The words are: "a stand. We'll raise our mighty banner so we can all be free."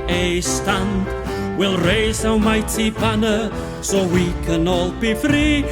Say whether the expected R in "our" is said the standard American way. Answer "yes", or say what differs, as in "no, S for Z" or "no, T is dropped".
no, W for R